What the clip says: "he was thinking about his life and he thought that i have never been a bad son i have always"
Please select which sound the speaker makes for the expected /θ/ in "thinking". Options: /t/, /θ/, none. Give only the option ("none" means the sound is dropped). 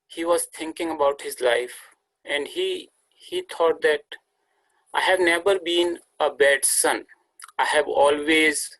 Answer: /t/